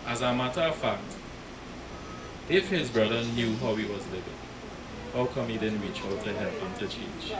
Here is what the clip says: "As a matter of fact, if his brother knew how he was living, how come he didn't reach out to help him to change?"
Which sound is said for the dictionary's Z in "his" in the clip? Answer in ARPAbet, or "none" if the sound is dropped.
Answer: Z